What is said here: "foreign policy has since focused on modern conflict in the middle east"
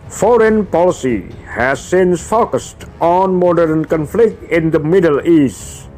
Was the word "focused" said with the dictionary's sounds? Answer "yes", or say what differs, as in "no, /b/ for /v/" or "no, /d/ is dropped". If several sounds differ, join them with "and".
yes